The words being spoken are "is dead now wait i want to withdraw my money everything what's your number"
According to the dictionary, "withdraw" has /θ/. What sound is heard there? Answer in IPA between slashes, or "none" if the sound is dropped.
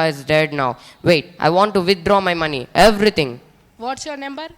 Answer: /t/